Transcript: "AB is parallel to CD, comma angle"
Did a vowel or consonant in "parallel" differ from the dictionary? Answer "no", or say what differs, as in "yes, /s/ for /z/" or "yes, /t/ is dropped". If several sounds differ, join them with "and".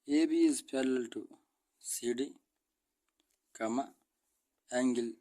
yes, /l/ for /ɹ/